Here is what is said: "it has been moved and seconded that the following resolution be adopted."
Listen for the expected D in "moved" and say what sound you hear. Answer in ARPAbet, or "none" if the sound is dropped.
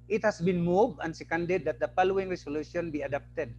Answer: none